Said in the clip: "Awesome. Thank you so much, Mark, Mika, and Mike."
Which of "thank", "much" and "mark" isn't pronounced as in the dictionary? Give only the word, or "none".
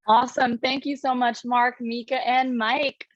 none